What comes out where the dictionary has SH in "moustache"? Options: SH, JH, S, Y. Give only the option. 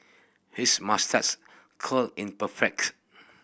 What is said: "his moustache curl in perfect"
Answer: S